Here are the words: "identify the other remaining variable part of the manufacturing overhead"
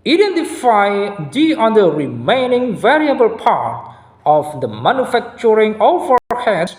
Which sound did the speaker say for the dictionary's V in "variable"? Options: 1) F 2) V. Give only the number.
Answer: 2